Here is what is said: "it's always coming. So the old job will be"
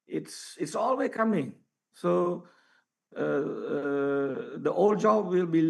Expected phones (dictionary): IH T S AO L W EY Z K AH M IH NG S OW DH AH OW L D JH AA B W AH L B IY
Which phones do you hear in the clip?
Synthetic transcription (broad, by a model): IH T S AO L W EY K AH M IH NG S OW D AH OW L D JH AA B W AH L B IY